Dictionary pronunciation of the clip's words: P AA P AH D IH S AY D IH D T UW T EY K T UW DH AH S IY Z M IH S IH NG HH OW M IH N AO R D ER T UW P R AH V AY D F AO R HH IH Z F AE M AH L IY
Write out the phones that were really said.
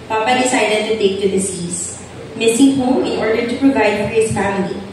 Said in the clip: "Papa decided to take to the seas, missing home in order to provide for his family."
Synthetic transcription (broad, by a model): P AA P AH D IH S AY D IH D T UW T EY K T UW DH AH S IY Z M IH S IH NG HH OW IH N AO R D ER T UW P R AH V AY D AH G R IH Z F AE M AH L IY